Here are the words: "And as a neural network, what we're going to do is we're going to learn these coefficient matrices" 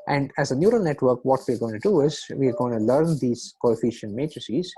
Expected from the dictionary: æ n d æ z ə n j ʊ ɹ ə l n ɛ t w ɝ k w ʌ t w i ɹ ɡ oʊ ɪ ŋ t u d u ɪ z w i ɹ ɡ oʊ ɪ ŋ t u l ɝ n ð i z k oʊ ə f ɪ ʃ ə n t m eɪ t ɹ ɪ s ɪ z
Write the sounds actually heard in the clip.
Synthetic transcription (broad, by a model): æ n d æ z ə n j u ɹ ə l n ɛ t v ɝ k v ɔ t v i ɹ ɡ oʊ ɪ ŋ t u d u ɪ z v i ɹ ɡ oʊ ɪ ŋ t u l ɝ n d i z k oʊ ə f ɪ ʃ ə n t m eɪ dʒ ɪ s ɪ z